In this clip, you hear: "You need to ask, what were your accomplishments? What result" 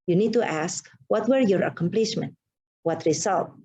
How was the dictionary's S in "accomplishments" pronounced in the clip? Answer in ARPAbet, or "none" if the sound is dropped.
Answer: none